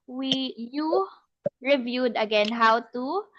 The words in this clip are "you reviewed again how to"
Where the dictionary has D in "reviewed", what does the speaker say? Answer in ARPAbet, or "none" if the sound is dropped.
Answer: D